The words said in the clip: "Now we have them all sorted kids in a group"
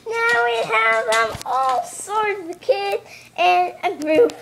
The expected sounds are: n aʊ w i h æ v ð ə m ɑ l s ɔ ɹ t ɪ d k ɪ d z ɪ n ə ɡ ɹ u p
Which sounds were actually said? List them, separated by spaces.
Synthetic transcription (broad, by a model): n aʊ w i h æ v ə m ɑ l s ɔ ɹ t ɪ k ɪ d ɪ n ə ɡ ɹ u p